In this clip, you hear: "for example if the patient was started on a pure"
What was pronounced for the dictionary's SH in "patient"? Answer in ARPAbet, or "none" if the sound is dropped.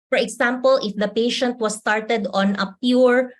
SH